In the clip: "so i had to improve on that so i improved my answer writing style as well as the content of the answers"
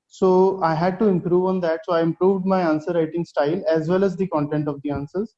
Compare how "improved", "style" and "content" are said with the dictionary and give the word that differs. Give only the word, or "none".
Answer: none